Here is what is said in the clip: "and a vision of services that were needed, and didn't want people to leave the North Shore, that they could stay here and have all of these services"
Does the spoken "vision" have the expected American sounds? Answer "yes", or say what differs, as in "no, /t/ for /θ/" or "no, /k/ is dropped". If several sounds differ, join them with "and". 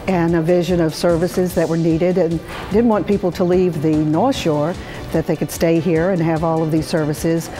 yes